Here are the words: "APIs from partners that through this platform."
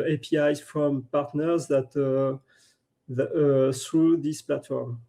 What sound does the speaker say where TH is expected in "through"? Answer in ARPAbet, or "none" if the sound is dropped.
S